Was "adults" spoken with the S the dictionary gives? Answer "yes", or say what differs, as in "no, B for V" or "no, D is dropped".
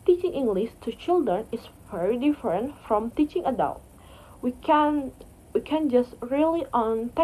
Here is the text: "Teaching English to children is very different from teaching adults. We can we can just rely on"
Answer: no, S is dropped